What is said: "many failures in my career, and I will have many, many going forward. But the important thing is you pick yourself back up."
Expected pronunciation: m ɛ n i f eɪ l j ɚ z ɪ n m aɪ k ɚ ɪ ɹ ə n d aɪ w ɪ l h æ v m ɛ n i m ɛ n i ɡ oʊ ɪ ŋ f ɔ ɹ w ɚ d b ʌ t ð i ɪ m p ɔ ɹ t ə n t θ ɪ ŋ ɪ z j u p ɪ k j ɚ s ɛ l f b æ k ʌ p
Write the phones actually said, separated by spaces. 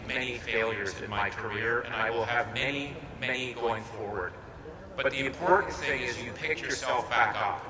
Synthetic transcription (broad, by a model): m ɛ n i f eɪ l j ɚ z ɪ n m aɪ k ɚ ɪ ɹ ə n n aɪ w ɪ l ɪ v m ɛ n i m ɛ n i ɡ oʊ ɪ ŋ f ɔ ɹ w ɚ d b ʌ t ð i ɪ m p ɔ ɹ t n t θ ɪ ŋ ɪ z j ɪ p ɪ k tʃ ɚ s ɛ l f b æ k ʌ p